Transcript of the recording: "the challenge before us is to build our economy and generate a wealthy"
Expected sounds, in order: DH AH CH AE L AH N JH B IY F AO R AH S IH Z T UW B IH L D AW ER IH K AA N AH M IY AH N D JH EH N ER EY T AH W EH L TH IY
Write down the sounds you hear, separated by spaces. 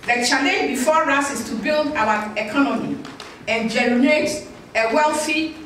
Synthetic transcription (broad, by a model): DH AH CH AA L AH B IY F AO R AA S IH S T UW B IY L D AW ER IH K AA N AH M IY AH N JH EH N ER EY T AH W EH L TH IY